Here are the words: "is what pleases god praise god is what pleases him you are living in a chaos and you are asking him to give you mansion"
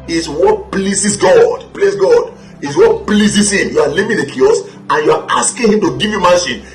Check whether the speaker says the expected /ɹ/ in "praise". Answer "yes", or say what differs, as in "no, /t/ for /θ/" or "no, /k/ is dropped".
no, /l/ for /ɹ/